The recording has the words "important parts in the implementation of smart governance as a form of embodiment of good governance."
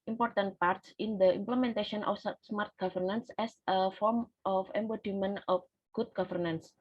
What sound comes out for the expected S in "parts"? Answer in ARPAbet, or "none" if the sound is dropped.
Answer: S